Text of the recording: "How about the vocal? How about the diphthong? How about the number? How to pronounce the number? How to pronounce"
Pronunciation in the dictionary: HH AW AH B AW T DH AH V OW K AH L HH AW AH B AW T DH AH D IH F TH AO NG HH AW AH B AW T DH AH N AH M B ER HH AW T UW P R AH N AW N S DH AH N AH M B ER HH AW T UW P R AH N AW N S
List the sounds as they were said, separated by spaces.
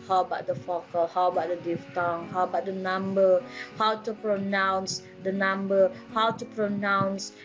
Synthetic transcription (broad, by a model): HH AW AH B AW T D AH F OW K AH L HH AW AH B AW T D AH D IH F T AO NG HH AW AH B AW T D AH N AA M B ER HH AW T UW P R AH N AW N S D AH N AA M B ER HH AW T UW P R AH N AW N S